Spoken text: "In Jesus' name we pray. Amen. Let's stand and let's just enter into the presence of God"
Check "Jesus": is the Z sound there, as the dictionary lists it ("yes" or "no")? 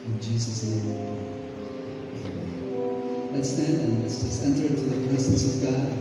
yes